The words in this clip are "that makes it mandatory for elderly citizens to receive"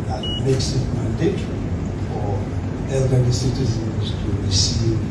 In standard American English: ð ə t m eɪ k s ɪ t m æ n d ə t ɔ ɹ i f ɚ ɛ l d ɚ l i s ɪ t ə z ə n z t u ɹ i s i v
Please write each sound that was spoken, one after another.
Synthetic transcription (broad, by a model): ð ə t m eɪ k s ɪ t m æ n d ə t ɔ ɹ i f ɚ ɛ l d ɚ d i s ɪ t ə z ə n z t u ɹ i s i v